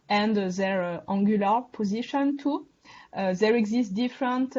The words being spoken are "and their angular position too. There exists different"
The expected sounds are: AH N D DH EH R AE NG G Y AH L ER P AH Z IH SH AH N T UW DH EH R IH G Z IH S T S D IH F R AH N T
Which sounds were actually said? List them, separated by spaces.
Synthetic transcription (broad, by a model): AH N D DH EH R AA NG G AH L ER P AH Z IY SH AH N T UW DH EH R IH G Z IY S T D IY F R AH N T